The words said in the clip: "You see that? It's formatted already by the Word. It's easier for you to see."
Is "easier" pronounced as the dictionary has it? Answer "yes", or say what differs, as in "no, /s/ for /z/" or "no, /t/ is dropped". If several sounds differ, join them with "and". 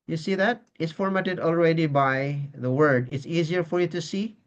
yes